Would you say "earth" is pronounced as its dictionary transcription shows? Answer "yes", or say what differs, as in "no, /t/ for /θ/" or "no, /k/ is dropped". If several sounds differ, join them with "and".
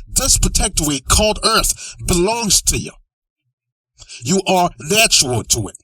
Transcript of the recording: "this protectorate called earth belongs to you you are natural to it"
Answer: yes